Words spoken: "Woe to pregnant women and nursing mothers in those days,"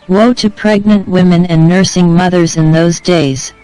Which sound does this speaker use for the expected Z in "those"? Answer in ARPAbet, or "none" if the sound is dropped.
Z